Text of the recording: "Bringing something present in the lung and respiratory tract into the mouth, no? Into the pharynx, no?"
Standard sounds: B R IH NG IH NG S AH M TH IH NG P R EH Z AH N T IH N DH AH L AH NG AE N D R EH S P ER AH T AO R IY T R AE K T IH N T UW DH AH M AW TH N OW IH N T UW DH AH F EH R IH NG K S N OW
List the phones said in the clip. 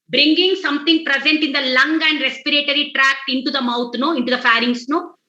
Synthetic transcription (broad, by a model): B R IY NG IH NG S AH M T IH NG P R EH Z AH N T IH N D AH L AH NG AE N D R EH S P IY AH T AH R IY T R AE K T IH N T UW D AH M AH T N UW IH N T UW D AH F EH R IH NG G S N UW